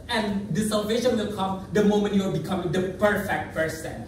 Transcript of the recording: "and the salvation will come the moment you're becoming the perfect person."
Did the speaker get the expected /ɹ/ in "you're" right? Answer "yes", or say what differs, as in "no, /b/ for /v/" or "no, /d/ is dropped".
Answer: no, /l/ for /ɹ/